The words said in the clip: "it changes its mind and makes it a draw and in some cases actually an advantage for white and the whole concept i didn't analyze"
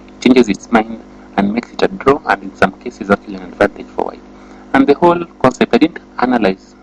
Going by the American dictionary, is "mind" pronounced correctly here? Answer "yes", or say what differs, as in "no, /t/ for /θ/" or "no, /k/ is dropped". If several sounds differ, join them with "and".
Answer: yes